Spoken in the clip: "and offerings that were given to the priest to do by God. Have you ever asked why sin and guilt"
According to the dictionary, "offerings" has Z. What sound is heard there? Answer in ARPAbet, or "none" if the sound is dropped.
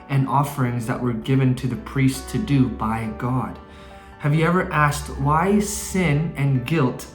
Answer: Z